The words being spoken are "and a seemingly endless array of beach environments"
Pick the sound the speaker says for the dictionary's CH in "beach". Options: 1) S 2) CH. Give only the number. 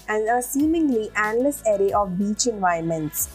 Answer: 2